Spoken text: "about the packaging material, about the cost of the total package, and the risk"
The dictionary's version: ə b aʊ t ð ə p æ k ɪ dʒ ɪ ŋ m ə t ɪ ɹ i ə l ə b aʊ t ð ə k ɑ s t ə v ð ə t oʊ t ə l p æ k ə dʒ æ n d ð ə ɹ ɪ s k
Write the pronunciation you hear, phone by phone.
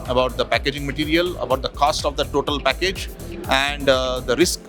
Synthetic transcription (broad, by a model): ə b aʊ t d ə p æ k ɪ dʒ ɪ ŋ m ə t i ɹ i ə l ə b aʊ t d ə k ɑ s t ə v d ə t oʊ t ə l p æ k ə dʒ æ n d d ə ɹ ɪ s k